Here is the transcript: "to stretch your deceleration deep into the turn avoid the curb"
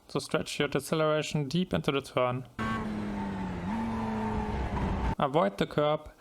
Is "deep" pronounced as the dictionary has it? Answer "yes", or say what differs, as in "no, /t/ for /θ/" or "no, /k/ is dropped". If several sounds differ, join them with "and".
yes